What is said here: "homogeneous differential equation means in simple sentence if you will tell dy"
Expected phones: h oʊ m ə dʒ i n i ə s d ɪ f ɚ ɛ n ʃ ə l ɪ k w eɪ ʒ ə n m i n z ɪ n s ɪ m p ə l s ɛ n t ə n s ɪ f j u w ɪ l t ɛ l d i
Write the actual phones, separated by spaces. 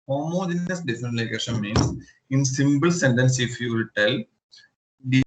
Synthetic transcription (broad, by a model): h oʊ m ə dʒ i n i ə s d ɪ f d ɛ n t l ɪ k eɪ ʃ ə n m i n s ɪ n s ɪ m b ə l s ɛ n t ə n s ɪ f j u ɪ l t ɛ l d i